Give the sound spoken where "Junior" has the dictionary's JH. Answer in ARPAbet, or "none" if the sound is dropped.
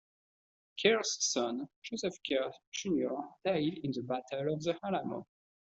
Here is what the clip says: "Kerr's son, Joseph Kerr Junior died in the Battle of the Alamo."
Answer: ZH